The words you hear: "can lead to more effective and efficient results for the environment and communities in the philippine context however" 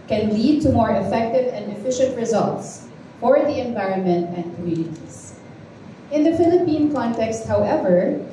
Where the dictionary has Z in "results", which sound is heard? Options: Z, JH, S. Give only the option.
Z